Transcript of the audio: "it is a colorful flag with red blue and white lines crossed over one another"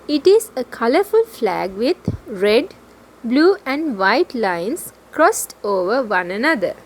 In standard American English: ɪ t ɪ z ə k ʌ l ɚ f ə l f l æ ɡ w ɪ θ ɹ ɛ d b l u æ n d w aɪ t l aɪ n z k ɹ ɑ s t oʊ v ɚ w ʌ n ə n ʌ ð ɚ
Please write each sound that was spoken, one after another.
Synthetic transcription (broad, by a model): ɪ t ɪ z ə k ʌ l ɚ f ə l f l æ ɡ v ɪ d ɹ ɛ d b l u æ n d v aɪ t l aɪ n s k ɹ ɑ s t oʊ v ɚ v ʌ n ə n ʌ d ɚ